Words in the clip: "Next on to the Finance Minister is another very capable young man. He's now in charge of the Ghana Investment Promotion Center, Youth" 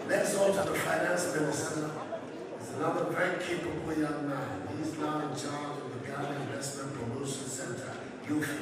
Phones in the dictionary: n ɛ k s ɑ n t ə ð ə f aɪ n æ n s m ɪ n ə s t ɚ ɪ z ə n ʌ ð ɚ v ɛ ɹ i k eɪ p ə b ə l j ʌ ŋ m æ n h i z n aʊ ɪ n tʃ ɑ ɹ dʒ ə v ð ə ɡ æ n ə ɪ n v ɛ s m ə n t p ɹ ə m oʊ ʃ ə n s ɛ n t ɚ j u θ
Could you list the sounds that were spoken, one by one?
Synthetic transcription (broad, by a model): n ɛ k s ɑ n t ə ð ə f aɪ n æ n s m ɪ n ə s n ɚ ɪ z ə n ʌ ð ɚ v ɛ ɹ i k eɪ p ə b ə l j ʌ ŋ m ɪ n h i z n aʊ ɪ n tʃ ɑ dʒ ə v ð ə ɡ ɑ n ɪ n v ɛ s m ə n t p ɹ ə m oʊ ʃ ə n s ɛ n t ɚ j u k